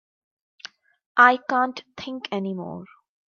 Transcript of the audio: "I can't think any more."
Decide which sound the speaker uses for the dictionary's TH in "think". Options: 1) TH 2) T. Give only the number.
2